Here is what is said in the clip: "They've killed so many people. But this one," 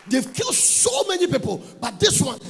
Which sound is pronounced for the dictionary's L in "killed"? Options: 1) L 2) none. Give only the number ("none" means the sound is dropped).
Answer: 1